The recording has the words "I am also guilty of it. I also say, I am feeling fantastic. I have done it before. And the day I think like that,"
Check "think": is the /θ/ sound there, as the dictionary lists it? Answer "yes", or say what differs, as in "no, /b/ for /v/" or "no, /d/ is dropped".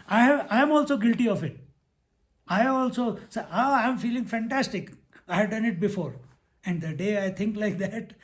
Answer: no, /t/ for /θ/